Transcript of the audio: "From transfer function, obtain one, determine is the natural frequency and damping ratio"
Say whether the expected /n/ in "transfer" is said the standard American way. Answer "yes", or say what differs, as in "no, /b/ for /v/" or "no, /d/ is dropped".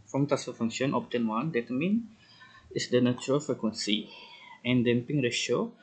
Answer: no, /n/ is dropped